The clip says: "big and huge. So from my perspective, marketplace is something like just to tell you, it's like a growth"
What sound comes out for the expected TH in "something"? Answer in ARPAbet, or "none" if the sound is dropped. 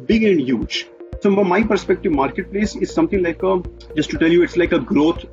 T